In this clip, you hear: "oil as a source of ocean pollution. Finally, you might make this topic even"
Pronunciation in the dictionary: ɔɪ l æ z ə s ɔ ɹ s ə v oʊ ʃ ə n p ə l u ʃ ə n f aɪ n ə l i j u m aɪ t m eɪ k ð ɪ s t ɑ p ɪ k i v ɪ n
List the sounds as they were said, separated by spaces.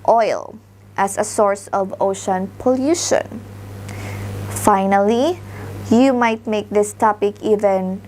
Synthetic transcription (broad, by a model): ɔɪ l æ s ə s ɔ ɹ s ə v oʊ ʃ ə n p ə l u ʃ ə n f aɪ n ə l i j u m aɪ t m eɪ k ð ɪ s t ɑ p ɪ k i v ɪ n